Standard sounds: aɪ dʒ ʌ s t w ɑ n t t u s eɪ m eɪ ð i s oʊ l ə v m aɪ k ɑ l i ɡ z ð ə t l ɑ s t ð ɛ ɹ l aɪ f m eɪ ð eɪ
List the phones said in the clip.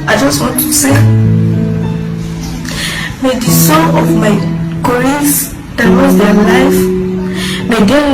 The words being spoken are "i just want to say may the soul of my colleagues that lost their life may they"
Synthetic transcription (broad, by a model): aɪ dʒ ʌ s t w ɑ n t t u s eɪ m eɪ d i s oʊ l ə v m aɪ k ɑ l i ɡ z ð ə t w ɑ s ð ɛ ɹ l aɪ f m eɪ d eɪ